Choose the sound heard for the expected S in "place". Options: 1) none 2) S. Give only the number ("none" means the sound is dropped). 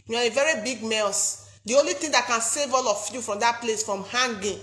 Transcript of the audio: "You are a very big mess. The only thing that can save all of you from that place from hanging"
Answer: 2